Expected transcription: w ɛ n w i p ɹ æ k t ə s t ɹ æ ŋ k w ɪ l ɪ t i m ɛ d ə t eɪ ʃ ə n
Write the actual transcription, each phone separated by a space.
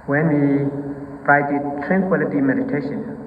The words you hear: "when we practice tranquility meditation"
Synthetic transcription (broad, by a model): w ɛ n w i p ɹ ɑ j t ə t ɹ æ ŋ k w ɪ l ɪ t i m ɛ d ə t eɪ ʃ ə n